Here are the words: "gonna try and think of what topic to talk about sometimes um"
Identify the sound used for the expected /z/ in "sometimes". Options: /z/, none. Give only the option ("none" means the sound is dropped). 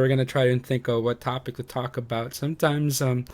/z/